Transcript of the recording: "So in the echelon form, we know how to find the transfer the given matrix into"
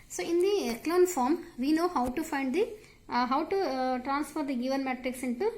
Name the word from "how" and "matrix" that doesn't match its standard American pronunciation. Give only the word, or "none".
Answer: none